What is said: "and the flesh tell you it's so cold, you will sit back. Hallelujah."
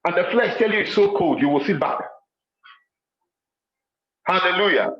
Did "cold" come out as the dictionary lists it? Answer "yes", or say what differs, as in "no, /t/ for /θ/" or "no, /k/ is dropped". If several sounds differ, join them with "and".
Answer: yes